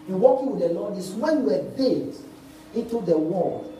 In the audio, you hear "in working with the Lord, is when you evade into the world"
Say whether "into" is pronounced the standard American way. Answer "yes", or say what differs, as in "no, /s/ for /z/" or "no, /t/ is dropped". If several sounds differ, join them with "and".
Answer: yes